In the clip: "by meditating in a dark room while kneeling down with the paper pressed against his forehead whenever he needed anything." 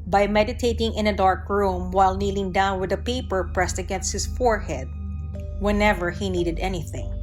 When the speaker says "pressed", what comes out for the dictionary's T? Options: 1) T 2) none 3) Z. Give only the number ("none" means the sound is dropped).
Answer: 1